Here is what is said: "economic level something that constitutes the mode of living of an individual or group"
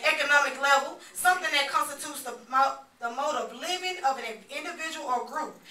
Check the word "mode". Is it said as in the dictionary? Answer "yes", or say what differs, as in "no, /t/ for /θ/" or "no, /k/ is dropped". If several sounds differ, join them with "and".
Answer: yes